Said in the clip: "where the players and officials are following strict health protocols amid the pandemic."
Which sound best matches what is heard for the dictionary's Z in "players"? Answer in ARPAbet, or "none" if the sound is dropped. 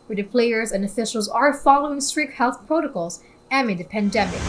Z